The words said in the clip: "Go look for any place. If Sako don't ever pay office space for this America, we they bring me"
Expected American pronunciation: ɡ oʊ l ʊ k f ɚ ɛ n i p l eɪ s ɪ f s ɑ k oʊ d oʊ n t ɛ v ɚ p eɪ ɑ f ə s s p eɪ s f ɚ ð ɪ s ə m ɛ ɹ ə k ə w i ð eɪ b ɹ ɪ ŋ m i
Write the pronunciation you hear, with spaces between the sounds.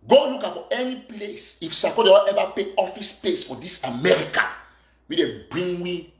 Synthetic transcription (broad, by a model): ɡ oʊ l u k f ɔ ɛ n i p l eɪ s ɪ f s ɑ k oʊ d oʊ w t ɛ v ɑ p eɪ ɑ f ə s s p eɪ s f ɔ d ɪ s ə m ɛ ɹ ə k ə w i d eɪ b ɹ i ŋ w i